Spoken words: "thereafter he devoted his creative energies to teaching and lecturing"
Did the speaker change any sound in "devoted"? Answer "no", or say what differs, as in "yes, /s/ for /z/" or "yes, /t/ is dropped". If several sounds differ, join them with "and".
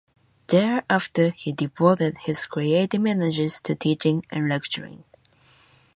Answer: yes, /p/ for /v/